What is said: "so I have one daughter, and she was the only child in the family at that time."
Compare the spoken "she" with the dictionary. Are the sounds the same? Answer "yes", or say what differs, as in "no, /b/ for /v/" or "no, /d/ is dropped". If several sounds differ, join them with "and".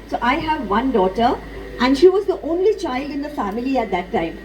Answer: yes